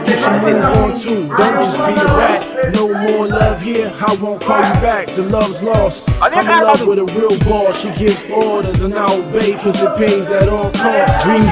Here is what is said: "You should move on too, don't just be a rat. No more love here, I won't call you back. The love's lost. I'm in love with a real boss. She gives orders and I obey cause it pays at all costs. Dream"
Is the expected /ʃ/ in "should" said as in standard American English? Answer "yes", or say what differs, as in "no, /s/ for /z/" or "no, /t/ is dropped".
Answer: no, /s/ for /ʃ/